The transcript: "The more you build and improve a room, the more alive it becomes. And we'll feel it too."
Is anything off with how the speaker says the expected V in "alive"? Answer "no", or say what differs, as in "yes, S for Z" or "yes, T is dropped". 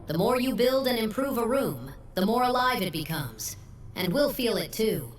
no